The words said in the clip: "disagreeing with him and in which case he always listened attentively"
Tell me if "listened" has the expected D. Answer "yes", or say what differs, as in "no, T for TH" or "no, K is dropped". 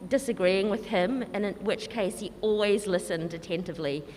yes